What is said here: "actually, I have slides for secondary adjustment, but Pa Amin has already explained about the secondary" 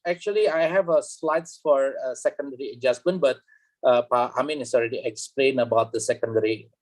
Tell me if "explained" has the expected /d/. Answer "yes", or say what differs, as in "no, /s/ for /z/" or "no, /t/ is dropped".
no, /d/ is dropped